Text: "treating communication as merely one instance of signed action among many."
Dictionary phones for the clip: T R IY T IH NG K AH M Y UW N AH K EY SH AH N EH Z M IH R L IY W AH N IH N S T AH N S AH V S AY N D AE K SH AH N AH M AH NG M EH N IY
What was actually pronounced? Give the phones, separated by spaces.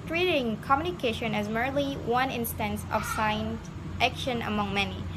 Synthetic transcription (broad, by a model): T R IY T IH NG K AH M Y UW N AH K EY SH AH N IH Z M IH R L IY W AH N IH N S T AH N S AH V S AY N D AE K SH AH N AH M AH NG M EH N IY